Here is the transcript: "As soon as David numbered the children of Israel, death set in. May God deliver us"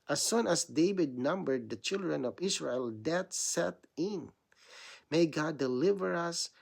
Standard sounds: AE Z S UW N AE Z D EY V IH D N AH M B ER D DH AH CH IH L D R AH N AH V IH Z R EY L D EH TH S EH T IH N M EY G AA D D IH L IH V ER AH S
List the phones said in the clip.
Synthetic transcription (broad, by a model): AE S UW N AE S D EY V IH D N AH M B ER D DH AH CH IH L D R AH N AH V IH S R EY L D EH T S EH T IH N M EY G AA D D IH L IH V ER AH S